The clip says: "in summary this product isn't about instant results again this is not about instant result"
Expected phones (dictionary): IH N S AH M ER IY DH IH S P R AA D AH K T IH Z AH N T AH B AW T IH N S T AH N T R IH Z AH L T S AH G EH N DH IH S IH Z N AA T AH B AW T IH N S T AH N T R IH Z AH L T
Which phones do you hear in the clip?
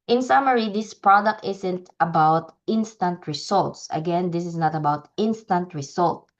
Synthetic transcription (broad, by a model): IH N S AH M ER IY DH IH S P R AA D AH K T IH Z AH N T AH B AW T IH N S T AH N T R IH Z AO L T S AH G EH N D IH S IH S N AA T AH B AW T IH N S T AH N T R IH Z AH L T